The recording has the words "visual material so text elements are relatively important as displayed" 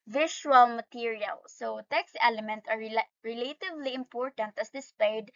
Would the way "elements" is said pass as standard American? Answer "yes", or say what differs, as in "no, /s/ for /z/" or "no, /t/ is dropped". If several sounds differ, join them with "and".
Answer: no, /s/ is dropped